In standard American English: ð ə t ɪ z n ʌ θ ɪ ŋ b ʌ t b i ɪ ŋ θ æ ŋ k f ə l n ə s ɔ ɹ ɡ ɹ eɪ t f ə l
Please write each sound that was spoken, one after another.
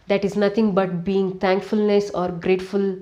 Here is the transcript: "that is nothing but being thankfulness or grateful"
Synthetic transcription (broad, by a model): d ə t ɪ z n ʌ t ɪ ŋ b ʌ t b i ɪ ŋ t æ ŋ k f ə l n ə s ɔ ɹ ɡ ɹ eɪ t f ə l